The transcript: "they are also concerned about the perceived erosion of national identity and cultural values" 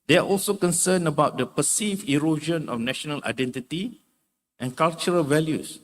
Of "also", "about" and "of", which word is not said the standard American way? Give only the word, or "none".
of